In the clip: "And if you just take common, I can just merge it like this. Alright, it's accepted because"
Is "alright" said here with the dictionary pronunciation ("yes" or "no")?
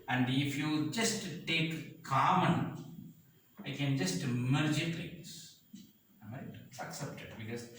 no